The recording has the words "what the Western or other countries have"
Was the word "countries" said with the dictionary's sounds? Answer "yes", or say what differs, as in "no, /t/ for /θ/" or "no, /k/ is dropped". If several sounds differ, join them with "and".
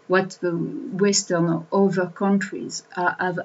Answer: yes